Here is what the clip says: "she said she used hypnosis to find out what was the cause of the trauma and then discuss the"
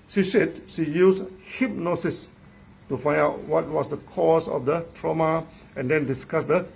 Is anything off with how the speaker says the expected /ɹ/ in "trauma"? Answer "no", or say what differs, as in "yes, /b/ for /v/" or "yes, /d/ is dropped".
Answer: no